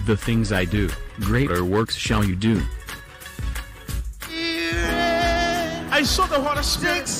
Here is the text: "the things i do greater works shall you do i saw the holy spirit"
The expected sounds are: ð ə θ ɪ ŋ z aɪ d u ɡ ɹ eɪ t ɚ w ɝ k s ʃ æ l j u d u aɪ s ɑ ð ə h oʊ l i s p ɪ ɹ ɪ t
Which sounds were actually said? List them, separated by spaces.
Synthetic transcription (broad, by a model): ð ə θ ɪ ŋ z aɪ d u ɡ ɹ eɪ t ɚ w ɝ k s ʃ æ l j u d u aɪ s ɑ ð ə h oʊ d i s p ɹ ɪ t